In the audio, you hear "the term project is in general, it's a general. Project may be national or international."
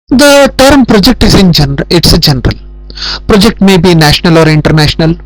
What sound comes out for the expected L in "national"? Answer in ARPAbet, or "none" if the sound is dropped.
L